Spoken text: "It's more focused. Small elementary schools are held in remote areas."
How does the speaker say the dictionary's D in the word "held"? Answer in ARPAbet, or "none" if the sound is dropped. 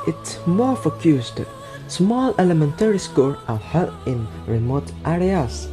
none